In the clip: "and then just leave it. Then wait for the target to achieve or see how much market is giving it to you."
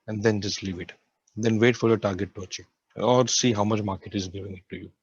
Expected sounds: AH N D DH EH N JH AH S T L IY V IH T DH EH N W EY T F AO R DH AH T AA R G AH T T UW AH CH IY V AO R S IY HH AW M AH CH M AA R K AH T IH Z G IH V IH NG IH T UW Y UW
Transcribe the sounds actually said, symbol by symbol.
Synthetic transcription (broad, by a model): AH N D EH N JH AH S T L IY V IH T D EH N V EY T F AO R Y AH T AA R G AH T T UW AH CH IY AO R S IY HH AW M AH CH M AA R K AH T IH Z G IH V IH NG IH T UW Y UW